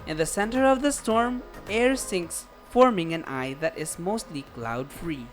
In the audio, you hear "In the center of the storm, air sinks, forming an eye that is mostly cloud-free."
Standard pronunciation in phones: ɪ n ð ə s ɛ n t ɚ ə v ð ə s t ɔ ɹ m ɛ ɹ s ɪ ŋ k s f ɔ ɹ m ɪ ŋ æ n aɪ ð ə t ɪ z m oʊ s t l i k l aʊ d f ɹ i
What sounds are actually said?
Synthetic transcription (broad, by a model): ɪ n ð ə s ɛ n t ɚ ə v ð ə s t ɔ ɹ m ɛ ɹ s ɪ ŋ k s f ɔ ɹ m ɪ ŋ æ n aɪ ð ə t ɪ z m oʊ s t l i k l aʊ d f ɹ i